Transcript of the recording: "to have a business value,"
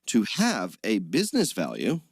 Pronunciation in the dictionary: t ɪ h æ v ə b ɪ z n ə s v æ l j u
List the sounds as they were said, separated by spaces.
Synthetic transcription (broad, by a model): t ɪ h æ v ə b ɪ z n ə s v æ l j u